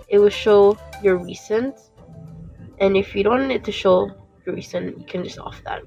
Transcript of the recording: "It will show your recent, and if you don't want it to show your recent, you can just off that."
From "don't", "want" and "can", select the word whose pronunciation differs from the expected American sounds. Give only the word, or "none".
want